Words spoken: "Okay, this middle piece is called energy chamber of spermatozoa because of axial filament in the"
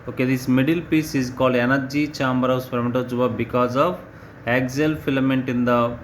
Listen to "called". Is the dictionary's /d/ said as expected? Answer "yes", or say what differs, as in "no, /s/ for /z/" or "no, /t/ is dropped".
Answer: yes